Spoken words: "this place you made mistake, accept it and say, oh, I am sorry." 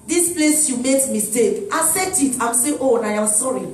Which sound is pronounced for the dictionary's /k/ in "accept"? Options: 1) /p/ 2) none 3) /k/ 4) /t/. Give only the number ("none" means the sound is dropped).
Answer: 2